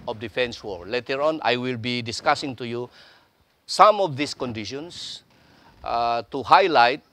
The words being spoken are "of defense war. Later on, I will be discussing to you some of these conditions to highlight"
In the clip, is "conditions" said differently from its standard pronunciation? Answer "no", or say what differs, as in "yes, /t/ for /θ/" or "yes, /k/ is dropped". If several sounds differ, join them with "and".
yes, /s/ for /z/